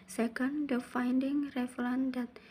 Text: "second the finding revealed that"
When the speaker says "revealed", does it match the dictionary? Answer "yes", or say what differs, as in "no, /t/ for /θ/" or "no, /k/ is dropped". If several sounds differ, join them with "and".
no, /n/ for /l/